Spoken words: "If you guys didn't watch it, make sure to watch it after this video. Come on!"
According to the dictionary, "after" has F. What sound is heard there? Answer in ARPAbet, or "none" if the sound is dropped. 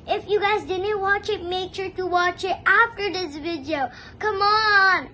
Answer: F